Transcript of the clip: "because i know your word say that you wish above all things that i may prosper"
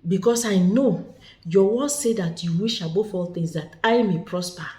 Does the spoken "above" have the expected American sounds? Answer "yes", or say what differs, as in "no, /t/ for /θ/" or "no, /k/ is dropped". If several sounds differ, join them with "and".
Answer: no, /f/ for /v/